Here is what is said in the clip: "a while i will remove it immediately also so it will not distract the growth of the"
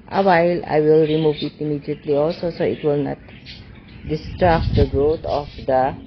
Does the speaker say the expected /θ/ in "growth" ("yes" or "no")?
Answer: no